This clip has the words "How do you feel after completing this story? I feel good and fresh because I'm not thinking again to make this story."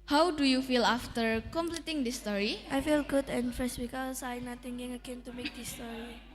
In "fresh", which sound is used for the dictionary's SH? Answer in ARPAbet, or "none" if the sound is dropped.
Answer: S